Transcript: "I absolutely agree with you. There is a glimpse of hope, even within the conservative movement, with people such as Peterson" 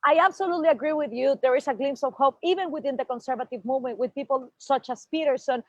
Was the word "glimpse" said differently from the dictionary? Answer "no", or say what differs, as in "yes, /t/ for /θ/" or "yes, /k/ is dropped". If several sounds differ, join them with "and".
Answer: yes, /p/ is dropped